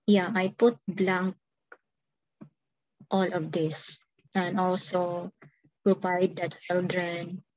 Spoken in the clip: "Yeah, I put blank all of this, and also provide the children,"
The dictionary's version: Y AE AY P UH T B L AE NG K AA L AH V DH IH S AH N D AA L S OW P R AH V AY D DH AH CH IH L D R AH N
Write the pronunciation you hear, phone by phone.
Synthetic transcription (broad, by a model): Y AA AY P UH T B L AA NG K AA L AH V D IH S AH N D AA L S OW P R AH P AY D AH CH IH L D R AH N